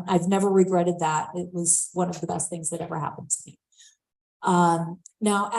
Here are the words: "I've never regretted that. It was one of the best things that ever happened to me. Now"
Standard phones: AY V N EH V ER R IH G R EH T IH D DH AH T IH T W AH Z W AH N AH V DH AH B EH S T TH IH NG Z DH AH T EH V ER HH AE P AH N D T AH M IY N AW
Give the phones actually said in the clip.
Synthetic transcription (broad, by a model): AY V N EH V ER R IH G R EH T IH D DH AH T IH T W AH Z W AH N AH V DH AH B EH S T TH IH NG Z DH AH T EH V ER HH AE P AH N T AH M IY N AW